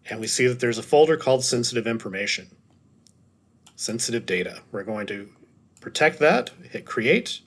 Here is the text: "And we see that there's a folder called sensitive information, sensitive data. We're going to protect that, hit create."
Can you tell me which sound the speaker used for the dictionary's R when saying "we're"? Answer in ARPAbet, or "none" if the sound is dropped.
R